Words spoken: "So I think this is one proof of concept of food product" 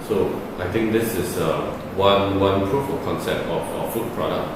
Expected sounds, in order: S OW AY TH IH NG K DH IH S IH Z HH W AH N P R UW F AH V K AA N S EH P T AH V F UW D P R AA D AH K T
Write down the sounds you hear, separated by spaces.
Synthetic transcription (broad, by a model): S OW AY T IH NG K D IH S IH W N W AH N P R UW F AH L K AA N S EH P T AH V F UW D P R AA D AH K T